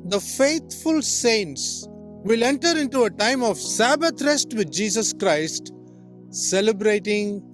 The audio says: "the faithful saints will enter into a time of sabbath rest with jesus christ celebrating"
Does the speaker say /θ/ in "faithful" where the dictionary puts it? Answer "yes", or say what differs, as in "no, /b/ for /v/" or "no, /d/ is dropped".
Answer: no, /t/ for /θ/